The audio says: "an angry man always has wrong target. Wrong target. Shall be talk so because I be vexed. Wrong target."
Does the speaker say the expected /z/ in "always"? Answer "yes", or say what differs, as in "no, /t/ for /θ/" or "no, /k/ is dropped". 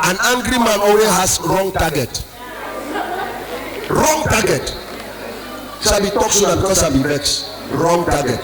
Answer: no, /z/ is dropped